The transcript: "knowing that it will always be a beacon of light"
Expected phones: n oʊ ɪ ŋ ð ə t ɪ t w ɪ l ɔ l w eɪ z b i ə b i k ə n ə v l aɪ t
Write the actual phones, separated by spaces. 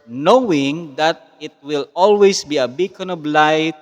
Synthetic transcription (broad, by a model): n oʊ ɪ ŋ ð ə t ɪ t w ɪ l ɔ l w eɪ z b i ə b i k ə n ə b l aɪ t